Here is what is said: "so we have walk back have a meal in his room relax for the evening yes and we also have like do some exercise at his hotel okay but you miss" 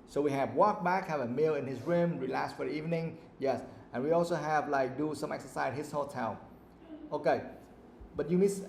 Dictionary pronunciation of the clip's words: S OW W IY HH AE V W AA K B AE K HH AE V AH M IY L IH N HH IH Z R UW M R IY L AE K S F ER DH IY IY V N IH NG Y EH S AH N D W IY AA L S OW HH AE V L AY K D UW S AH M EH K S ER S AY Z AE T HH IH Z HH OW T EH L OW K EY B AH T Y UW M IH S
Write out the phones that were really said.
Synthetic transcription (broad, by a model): S OW W IY HH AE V W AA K B AE K HH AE V AH M IY L IH N HH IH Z R UW M R IY L AE K S F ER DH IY IY V N IH NG Y EH S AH N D W IY AA L S OW HH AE V L AY K D UW S AH M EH K S ER S AY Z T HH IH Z HH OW T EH N OW K EY B AH T Y UW M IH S